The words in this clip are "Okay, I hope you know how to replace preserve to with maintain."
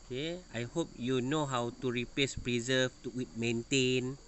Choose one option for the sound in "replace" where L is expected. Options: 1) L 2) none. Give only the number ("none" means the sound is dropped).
2